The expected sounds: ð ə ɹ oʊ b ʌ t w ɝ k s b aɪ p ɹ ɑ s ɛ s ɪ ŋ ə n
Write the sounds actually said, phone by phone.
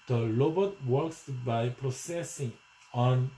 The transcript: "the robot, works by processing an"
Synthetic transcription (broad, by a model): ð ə l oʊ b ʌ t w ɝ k s b aɪ p ɹ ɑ s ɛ s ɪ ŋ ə n